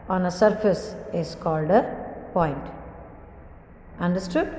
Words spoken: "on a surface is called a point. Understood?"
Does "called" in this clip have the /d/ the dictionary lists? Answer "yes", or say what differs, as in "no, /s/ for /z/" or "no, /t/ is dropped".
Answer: yes